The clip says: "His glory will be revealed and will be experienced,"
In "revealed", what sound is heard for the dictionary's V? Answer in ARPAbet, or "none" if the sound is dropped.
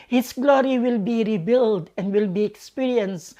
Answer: B